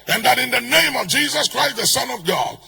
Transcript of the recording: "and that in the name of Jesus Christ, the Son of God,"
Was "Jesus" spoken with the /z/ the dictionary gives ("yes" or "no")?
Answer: yes